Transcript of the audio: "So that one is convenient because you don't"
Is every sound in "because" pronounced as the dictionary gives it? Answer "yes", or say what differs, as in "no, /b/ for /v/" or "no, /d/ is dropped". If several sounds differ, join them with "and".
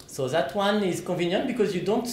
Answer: yes